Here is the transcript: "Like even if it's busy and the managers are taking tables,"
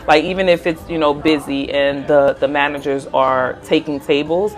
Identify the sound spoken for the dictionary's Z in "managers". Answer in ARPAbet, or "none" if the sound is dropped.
Z